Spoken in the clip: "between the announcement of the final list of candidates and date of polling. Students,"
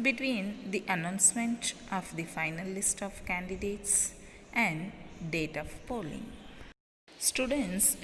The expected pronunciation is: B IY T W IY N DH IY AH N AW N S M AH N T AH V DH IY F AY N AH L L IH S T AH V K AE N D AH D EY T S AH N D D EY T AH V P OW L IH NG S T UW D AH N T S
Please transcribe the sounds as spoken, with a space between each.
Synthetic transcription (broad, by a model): B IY T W IY N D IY AH N AW N S M AH N T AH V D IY F AY N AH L L IH S T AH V K AE N D AH D EY T S AH N D D EY T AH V P OW L IH NG S T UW D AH N T S